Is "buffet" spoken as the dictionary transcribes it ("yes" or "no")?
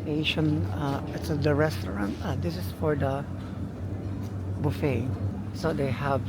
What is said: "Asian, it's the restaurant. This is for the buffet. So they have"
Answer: yes